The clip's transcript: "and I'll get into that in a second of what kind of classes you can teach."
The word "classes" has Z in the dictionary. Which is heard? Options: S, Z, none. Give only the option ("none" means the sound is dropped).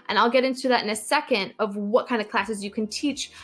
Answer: Z